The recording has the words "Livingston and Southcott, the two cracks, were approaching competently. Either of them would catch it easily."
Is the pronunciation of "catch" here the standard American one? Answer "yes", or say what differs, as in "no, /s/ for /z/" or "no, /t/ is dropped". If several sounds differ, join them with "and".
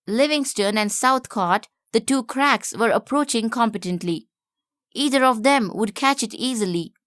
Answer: yes